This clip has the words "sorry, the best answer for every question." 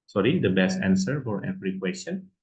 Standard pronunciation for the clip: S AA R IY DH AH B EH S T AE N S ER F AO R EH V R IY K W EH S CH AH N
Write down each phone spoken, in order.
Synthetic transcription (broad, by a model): S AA R IY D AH B EH S T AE N S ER F AO R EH P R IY K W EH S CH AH N